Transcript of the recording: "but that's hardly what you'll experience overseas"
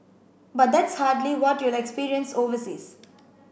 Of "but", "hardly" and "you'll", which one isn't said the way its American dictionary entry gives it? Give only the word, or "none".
none